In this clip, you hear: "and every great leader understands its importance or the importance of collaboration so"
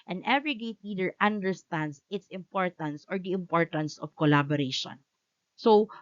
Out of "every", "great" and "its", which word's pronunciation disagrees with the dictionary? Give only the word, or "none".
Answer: great